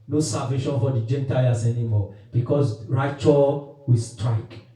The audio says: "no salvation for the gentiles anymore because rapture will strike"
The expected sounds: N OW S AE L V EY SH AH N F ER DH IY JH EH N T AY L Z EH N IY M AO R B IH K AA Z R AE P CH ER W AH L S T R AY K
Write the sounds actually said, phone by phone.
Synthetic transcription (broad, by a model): N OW S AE V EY SH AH N F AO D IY JH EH N T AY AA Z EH N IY M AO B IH K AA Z R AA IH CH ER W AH S T R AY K